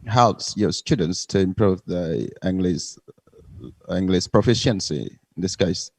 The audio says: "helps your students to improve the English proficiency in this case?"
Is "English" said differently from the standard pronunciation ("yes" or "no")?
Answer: yes